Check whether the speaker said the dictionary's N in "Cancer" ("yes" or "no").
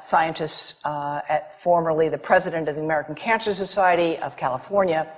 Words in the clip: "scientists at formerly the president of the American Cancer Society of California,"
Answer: yes